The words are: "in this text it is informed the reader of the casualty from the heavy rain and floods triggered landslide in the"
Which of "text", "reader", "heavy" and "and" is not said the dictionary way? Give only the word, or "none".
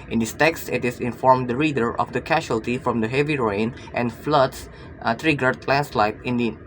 none